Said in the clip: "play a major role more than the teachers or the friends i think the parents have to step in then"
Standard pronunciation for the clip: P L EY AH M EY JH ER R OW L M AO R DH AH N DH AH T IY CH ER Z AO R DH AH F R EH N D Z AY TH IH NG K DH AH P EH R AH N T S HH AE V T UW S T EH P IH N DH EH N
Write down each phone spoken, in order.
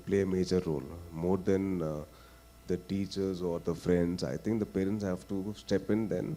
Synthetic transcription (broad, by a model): P L EY AH M EY JH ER R OW L M AO R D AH N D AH T IY CH ER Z AO R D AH F R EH N D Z AY T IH NG K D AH P EH R AH N T S HH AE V T UW S T EH P IH N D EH N